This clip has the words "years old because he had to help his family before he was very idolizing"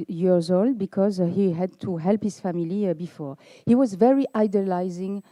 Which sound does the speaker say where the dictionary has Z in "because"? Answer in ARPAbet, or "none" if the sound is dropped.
Z